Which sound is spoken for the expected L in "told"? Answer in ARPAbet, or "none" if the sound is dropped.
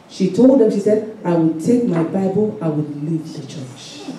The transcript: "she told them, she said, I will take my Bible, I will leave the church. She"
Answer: L